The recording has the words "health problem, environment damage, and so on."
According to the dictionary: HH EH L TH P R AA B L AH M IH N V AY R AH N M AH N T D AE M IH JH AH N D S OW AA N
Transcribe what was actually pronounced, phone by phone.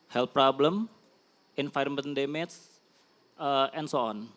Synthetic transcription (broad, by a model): HH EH L P R AA B L AH M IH N F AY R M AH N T D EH M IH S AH N S OW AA N